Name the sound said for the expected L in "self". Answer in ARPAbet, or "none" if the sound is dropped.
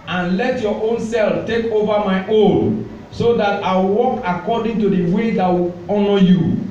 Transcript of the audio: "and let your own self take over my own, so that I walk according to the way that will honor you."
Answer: L